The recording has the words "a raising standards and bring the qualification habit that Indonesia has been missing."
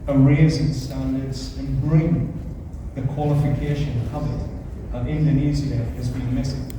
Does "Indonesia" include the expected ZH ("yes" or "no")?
no